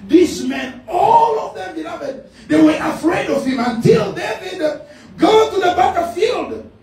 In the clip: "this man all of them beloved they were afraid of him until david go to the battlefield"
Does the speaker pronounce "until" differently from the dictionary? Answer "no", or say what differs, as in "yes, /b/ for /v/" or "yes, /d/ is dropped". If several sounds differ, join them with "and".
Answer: no